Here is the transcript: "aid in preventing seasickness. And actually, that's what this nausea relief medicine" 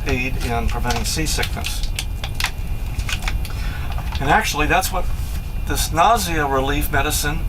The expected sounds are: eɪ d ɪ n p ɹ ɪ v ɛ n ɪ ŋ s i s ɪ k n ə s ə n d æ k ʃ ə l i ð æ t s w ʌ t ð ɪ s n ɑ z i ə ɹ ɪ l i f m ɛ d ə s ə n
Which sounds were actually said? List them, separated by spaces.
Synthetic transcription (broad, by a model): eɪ d ɪ n p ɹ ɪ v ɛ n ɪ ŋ s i s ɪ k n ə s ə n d æ k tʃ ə l i ð æ t s w ʌ t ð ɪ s n ɑ z i ə ɹ ɪ l i f m ɛ d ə s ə n